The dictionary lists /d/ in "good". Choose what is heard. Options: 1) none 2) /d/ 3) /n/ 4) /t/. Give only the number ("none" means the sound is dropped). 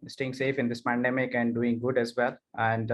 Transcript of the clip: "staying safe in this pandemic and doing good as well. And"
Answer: 2